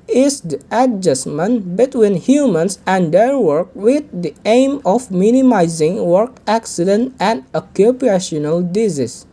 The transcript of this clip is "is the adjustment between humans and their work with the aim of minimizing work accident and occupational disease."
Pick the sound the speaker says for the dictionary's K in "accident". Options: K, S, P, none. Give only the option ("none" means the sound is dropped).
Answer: K